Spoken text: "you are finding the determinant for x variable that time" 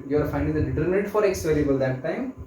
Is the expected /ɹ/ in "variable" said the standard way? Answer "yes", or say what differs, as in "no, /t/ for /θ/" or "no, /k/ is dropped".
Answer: no, /l/ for /ɹ/